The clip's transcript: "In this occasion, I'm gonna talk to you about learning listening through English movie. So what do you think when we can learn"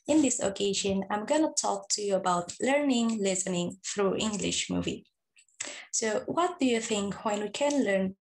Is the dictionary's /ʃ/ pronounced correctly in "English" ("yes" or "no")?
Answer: yes